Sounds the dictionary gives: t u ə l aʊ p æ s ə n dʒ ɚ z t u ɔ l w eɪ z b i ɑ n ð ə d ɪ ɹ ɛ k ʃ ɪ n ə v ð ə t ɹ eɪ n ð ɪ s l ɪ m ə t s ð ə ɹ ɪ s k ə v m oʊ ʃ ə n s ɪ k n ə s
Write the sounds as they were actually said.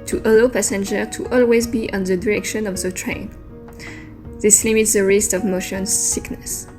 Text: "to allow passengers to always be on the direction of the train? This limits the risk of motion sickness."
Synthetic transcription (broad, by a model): t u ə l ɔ p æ s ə n dʒ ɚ t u ɔ l w eɪ z b i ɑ n ð ə d ɪ ɹ ɛ k ʃ ɪ n ə v ð ə t ɹ eɪ n ð ɪ s l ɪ m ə t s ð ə ɹ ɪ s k ə v m oʊ ʃ ə n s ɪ k n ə s